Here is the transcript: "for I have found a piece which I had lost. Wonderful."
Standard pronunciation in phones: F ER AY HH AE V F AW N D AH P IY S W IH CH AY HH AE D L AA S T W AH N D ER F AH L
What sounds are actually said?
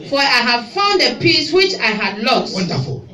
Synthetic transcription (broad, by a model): F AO AY HH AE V F AW N D AH P IY S W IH CH AY HH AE D L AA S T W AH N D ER F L